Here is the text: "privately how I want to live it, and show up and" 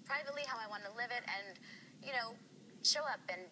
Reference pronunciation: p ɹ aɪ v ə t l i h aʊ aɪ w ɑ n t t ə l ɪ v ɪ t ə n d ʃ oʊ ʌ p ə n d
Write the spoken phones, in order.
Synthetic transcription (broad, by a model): p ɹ aɪ v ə t l i h aʊ aɪ w ɑ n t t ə l ɪ v ɪ t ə n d ʃ oʊ ʌ p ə n